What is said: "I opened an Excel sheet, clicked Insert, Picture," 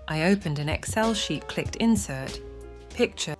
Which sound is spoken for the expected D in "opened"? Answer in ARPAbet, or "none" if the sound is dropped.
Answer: D